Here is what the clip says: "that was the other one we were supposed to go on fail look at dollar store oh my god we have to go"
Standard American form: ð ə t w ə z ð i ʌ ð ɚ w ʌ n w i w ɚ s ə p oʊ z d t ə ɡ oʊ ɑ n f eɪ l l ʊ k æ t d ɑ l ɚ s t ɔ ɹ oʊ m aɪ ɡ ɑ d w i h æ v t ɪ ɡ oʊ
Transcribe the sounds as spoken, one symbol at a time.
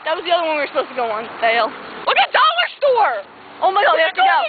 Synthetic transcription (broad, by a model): ð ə t w ə z ð i ʌ ð ɚ w ʌ n w i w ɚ s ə p oʊ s t ə ɡ oʊ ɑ n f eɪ l w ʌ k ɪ d ɑ l ɚ s t ɔ ɹ oʊ m aɪ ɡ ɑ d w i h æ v t ɪ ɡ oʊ